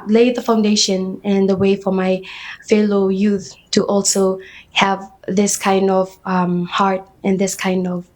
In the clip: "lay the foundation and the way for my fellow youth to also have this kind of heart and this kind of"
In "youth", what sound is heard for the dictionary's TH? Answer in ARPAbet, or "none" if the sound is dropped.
TH